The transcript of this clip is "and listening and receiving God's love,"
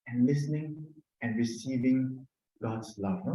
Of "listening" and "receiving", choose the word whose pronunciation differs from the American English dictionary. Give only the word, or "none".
none